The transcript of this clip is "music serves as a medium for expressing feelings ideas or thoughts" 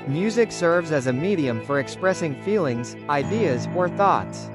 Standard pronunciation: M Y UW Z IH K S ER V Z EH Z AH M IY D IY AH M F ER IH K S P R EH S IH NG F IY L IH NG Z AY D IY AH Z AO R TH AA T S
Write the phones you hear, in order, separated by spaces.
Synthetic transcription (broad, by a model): M Y UW Z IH K S ER V Z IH Z AH M IY D IY AH M F ER IH K S P R EH S IH NG F IY L IH NG Z AY D IY AH Z AO R TH AA T S